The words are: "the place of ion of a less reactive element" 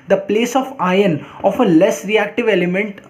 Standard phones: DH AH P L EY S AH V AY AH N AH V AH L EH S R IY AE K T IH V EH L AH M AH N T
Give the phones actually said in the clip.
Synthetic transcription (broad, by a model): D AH P L EY S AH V AY AH N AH F AH L EH S R IY AE K T IH V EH L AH M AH N T